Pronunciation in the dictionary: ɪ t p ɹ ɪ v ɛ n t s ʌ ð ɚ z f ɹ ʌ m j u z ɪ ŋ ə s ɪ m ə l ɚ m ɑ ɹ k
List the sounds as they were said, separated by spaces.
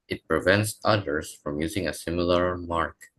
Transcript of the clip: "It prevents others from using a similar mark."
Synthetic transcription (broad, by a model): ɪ t p ɹ ɪ v ɛ n t s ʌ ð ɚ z f ɹ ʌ m j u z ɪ ŋ ə s ɪ m ə l ɚ m ɑ ɹ k